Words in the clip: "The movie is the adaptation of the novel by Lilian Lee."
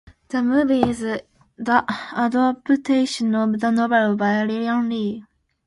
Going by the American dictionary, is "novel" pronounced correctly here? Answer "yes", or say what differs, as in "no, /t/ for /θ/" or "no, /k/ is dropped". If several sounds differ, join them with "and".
no, /b/ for /v/